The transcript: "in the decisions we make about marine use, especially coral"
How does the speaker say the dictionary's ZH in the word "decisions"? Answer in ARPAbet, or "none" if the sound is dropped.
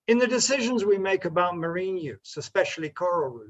ZH